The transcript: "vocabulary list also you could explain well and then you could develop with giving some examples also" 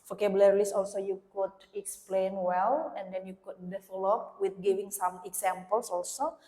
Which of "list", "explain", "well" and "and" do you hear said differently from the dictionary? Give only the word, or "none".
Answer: list